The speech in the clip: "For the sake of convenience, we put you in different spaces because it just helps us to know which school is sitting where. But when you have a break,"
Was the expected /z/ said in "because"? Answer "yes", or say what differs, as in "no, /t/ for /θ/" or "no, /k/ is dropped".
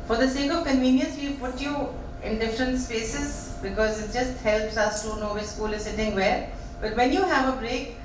yes